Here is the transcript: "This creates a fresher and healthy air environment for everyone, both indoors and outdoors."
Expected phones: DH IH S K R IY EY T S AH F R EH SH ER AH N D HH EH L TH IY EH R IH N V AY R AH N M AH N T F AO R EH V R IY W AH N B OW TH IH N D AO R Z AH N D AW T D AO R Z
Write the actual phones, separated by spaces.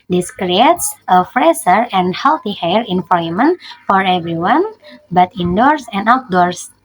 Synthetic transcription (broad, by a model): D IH S K R IY EY T S AH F R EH S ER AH N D HH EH L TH IY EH R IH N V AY AH M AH N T F AO R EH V R IY W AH N B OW T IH N D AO R S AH N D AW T D AO R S